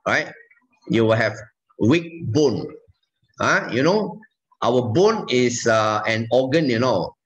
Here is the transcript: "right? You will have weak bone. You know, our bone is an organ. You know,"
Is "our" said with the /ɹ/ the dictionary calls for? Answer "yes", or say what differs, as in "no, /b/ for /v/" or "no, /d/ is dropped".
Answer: no, /w/ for /ɹ/